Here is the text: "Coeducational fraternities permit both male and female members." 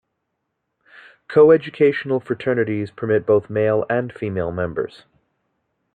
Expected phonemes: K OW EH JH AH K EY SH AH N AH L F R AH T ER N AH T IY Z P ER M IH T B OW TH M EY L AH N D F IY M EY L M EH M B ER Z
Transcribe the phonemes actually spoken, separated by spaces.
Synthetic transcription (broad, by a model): K OW EH JH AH K EY SH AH N L F R AH T ER N AH T IY Z P ER M IH T B OW TH M EY L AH N F IY M EY L M EH M B ER Z